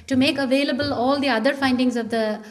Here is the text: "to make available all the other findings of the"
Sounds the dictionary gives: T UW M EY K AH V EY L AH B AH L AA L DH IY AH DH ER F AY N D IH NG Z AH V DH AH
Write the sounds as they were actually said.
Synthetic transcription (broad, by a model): T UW M EY K AH V EY L AH B AH L AA L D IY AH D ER F AY N D IH NG Z AH V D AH